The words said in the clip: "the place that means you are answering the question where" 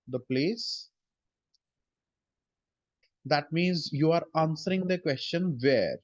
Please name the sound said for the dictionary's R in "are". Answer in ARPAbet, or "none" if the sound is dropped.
R